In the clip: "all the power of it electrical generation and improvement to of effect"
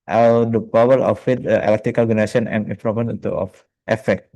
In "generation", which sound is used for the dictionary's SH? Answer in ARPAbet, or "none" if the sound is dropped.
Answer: S